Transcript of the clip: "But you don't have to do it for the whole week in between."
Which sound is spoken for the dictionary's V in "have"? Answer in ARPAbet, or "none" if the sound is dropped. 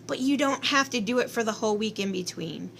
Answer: F